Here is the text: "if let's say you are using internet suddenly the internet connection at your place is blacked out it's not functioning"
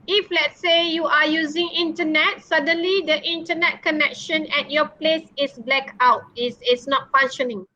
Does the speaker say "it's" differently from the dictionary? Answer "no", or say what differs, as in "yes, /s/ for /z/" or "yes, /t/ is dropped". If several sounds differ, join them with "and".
yes, /s/ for /t/